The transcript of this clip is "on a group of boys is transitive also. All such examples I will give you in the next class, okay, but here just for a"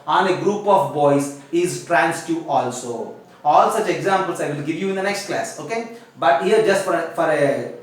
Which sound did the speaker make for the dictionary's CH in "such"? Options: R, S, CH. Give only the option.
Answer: CH